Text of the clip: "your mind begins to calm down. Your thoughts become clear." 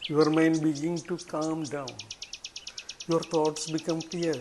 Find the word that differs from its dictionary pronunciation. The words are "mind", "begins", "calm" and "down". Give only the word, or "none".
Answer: begins